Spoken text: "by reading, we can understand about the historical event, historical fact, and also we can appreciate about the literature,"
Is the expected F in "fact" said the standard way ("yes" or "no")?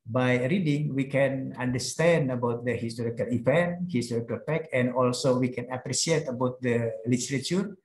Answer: no